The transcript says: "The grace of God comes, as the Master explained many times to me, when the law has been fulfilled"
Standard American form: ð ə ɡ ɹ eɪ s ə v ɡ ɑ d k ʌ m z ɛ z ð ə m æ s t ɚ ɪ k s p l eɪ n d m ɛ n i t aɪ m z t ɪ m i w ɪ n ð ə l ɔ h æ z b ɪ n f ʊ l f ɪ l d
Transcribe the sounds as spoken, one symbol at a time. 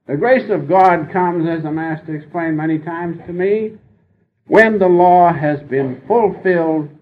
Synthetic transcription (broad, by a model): ð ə ɡ ɹ eɪ s ə v ɡ ɑ d k ʌ m z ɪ z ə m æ s t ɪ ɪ k s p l eɪ n m ɛ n i t aɪ m z t ɪ m i w ɪ n ð ə l ɔ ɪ z b ɪ n f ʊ l f ɪ l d